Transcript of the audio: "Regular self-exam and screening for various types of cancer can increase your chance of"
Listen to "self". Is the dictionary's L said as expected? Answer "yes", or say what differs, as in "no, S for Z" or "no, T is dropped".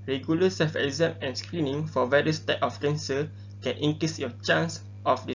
no, L is dropped